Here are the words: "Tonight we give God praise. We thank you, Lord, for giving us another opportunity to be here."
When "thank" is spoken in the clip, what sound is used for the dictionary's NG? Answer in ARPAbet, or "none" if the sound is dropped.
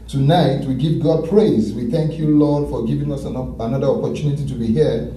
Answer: NG